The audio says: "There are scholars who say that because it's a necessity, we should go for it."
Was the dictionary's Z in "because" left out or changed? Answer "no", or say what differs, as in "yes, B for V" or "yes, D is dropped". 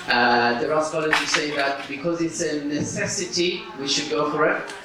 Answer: no